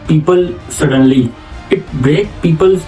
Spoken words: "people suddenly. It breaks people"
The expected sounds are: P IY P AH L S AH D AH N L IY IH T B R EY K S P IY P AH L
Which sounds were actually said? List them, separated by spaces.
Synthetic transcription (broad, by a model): P IY P AH L S AH D AH N L IY IH T B R EY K P IY P AH L